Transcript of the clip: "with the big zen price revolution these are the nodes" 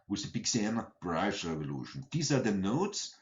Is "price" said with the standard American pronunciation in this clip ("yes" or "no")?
no